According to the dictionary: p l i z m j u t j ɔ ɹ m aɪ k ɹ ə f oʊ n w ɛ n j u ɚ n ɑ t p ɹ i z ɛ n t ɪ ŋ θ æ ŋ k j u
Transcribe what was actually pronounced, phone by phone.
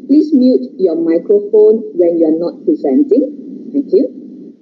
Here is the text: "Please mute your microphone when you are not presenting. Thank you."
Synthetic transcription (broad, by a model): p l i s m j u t j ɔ m aɪ k ɹ ə f oʊ n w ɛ n j u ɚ n ɑ t p ɹ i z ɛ n t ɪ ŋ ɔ k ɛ